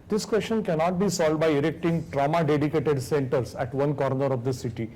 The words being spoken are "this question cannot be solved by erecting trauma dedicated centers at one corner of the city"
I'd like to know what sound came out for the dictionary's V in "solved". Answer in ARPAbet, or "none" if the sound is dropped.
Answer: none